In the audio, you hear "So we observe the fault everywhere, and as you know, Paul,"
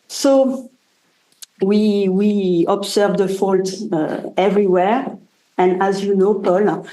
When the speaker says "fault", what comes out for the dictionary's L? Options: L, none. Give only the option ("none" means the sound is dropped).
L